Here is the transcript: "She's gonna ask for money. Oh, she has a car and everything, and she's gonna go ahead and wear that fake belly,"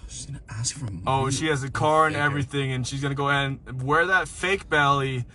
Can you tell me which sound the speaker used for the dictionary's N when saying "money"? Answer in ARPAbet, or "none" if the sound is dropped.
none